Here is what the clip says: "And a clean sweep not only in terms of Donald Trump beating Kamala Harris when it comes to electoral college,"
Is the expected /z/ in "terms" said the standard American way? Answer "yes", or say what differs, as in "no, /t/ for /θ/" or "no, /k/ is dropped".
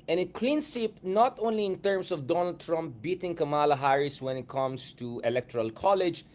no, /s/ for /z/